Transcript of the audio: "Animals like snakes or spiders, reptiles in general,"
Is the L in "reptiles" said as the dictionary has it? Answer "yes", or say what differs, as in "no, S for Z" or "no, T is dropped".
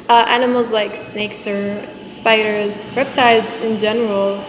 no, L is dropped